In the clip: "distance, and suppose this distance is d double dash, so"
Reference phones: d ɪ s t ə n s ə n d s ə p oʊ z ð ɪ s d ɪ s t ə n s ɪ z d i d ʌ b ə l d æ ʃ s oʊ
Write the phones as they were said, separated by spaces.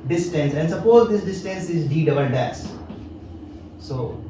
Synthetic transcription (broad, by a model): d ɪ s t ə n s ə n d s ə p oʊ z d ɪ s d ɪ s t ə n s ɪ z d i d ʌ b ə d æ s s oʊ